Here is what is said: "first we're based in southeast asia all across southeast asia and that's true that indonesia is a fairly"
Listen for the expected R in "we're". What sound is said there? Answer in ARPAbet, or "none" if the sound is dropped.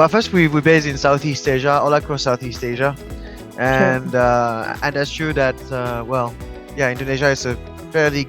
W